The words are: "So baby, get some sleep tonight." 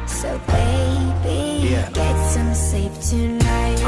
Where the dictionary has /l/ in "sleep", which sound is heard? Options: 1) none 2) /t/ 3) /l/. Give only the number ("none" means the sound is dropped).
1